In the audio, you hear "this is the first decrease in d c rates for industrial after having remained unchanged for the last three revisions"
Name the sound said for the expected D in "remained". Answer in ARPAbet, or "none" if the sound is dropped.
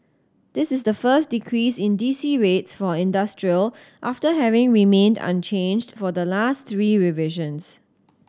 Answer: D